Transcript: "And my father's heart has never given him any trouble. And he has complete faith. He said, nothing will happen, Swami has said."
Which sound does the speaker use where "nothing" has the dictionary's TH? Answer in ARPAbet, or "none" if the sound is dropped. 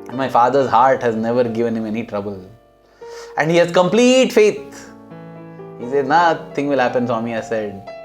T